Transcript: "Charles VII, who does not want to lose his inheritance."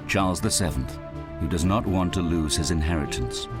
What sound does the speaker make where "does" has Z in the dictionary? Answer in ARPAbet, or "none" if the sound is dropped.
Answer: Z